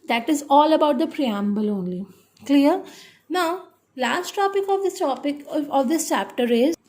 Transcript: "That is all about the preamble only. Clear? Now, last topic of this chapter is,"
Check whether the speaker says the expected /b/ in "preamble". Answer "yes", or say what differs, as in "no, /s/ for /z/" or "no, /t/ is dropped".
yes